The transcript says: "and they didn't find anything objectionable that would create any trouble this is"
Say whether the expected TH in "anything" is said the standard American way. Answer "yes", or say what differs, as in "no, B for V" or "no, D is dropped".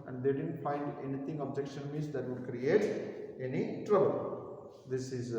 no, T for TH